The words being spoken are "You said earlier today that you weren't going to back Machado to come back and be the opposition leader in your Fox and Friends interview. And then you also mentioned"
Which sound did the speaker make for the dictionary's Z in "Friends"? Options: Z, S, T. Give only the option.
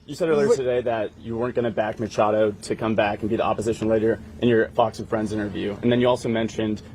Z